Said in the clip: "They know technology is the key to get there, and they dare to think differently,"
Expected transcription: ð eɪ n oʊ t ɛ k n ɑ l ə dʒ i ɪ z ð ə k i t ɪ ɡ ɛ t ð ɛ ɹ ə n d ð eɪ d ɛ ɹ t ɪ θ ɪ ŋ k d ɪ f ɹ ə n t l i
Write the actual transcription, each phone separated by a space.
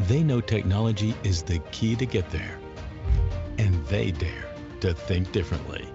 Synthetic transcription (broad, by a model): ð eɪ n oʊ t ɛ k n ɑ l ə dʒ i ɪ z ð ə k i t ɪ ɡ ɛ t ð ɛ ɹ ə n ð eɪ d ɛ ɹ t ɪ θ ɪ ŋ k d ɪ f ɹ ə n t l i